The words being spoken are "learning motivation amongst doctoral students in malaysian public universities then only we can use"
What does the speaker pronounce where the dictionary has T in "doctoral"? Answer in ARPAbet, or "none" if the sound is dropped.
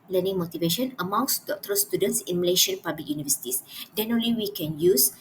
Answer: T